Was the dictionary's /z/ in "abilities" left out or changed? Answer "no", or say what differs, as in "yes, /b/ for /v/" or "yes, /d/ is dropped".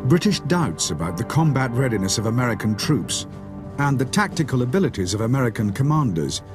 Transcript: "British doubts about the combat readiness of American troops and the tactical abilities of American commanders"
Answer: no